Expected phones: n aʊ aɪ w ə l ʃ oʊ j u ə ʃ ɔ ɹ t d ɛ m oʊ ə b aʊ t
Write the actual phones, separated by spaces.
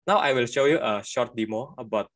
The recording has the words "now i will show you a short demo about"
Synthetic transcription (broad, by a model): n aʊ aɪ w ə l ʃ oʊ j u ə ʃ ɔ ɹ t d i m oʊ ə b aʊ t